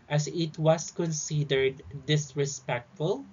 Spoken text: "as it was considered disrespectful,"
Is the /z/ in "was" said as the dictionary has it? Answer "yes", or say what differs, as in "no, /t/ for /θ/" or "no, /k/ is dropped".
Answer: no, /s/ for /z/